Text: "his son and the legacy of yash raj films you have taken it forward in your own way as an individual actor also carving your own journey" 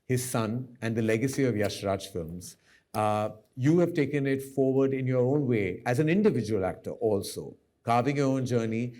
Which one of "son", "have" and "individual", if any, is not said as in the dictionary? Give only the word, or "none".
none